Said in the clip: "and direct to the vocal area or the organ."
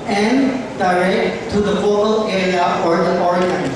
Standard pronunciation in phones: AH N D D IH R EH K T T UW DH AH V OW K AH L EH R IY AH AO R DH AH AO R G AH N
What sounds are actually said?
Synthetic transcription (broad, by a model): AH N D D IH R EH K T T UW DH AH F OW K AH L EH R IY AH AO R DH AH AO R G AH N